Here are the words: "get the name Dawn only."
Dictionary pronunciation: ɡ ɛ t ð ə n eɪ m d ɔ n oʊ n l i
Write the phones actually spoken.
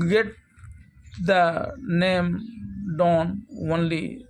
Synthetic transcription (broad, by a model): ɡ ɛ t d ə n eɪ m d ɔ n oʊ n l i